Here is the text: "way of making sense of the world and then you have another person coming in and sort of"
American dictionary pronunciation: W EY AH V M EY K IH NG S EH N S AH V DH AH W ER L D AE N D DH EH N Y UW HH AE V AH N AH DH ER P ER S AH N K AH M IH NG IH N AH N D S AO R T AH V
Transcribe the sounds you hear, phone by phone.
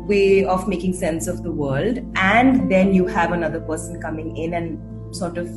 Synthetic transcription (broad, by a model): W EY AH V M EY K IH NG S EH N S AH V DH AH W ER L D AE N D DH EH N Y UW HH AE V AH N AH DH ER P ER S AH N K AH M IH NG IH N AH N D S AO R T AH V